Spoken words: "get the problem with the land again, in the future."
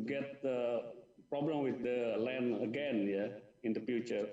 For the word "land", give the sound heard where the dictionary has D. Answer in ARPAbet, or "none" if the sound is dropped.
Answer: none